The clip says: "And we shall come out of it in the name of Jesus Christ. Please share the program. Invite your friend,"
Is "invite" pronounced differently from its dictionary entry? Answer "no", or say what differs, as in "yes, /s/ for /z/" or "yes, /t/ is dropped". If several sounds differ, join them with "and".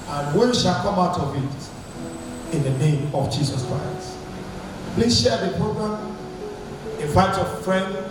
yes, /f/ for /v/